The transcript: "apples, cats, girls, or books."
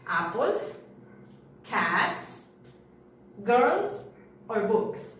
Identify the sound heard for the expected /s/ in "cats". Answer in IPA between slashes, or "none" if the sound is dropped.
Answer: /s/